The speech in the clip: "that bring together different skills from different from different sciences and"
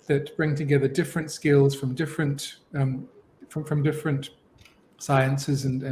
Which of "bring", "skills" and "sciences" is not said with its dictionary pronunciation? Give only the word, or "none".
none